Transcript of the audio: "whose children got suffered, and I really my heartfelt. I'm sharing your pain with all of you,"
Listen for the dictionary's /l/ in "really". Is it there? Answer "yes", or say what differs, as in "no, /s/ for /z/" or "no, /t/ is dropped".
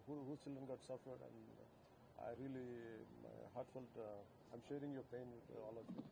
no, /l/ is dropped